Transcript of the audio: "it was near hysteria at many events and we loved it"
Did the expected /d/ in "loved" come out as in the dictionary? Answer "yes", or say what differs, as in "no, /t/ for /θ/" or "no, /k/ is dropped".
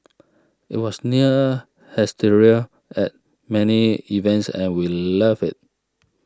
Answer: no, /d/ is dropped